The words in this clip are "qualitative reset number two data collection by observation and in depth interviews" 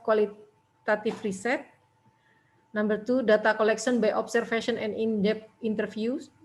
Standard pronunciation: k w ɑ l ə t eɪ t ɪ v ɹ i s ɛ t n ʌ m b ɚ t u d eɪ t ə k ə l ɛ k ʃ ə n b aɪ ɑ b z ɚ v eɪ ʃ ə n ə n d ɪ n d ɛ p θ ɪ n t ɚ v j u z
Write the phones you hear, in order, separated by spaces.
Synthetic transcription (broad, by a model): k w ɑ l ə t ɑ t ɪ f ɹ i s ɛ t n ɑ m b ɚ t u d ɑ t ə k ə l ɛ k s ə n b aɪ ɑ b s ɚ f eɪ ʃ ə n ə n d ɪ n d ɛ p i n t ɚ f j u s